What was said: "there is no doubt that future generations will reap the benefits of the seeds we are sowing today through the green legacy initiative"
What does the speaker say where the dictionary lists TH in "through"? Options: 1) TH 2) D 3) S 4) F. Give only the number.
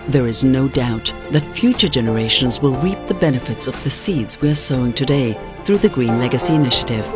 1